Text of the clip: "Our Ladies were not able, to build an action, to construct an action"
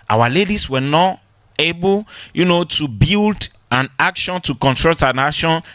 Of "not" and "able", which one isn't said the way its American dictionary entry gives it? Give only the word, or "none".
able